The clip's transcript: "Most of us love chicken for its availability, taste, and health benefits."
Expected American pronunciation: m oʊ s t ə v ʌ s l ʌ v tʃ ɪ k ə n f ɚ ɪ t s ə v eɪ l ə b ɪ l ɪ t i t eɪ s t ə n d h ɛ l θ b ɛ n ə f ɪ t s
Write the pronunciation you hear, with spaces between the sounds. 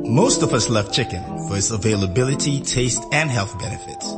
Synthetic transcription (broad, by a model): m oʊ s t ə v ʌ s l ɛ f tʃ ɪ k ə n f ɚ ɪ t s ə v eɪ l ə b ɪ l ɪ t i t eɪ s t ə n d h ɛ l θ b ɛ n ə f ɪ t s